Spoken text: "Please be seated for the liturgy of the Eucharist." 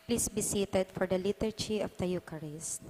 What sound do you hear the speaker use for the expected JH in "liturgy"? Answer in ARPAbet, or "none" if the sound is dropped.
CH